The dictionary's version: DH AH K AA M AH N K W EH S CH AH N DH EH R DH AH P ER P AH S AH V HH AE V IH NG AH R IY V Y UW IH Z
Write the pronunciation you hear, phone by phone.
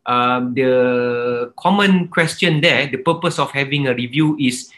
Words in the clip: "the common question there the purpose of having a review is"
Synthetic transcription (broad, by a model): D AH K AA M AH N K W EH S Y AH N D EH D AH P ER P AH S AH F HH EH V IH NG AH R IY V Y UW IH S